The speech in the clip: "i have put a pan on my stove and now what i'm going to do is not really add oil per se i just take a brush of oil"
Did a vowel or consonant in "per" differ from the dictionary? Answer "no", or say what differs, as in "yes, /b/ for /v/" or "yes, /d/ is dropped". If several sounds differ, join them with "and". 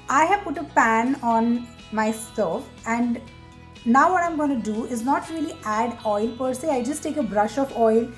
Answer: no